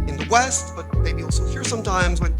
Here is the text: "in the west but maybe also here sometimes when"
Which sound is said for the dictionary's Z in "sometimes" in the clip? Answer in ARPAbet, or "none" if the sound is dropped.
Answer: Z